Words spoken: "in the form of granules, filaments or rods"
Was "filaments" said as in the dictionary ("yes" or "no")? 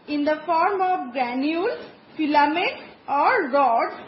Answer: no